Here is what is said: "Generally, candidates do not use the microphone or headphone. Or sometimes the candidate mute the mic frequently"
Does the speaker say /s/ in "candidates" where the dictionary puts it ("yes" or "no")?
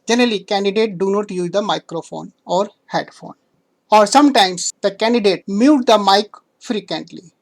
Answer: no